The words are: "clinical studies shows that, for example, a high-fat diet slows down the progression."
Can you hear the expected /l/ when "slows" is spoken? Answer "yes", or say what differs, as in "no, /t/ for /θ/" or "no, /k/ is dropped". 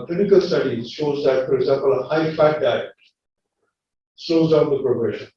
no, /l/ is dropped